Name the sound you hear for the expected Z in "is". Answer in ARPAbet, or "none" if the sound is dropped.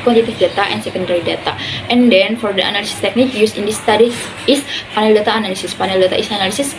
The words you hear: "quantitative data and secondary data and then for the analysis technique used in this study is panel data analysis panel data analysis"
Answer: S